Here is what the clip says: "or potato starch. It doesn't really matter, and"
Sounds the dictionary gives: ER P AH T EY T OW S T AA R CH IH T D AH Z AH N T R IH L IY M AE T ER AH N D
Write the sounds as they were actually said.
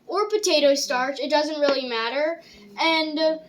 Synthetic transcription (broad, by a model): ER P AH T EY T OW S T AA R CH IH T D AH Z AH N T R IH L IY M AE T ER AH N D